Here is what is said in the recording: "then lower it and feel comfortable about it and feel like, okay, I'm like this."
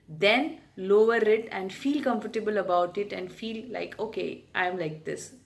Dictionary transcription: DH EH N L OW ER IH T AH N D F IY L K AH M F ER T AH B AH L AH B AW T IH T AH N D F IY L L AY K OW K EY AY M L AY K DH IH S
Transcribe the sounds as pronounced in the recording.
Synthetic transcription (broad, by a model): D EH N L OW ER IH T AH N D F IY L K AH M F ER T AH B AH L AH B AW T IH T AH N D F IY L L AY K OW K EY AY M L AY K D IH S